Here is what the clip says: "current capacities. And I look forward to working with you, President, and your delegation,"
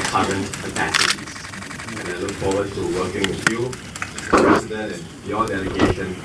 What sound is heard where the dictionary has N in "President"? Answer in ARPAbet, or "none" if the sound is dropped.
none